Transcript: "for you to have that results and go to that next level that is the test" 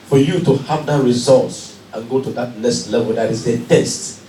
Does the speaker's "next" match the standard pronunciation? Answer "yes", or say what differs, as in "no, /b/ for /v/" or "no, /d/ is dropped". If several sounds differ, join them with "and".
no, /k/ is dropped